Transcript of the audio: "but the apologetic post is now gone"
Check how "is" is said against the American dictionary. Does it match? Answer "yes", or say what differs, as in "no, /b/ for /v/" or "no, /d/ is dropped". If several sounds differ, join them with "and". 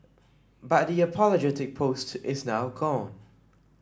yes